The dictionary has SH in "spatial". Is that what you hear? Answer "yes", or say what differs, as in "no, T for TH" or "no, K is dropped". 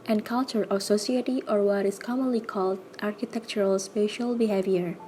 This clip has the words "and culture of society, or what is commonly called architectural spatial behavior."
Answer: yes